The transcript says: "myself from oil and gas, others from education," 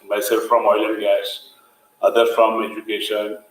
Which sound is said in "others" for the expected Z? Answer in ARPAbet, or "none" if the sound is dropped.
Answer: none